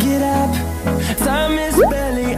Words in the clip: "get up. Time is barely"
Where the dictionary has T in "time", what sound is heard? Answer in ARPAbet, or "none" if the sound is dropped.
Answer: S